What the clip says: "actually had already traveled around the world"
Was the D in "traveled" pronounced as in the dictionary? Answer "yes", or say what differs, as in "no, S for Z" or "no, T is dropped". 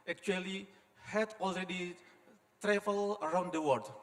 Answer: no, D is dropped